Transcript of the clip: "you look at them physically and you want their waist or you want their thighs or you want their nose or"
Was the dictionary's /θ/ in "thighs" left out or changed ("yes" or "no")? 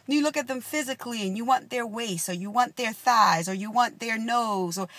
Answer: no